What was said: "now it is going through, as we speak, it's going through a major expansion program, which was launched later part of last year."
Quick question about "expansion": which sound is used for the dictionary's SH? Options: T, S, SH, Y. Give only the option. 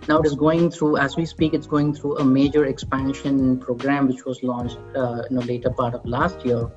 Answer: SH